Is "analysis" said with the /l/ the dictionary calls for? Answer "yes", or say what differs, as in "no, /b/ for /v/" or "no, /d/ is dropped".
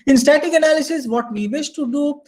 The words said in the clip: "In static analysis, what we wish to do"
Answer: yes